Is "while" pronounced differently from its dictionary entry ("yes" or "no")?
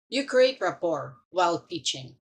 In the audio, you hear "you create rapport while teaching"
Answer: no